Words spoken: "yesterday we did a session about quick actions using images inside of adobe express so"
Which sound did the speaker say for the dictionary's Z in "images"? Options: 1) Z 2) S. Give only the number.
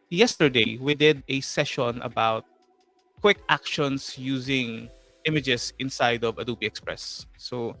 2